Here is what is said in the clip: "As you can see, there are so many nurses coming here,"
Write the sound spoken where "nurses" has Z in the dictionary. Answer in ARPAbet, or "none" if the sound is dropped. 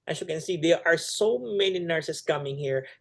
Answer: S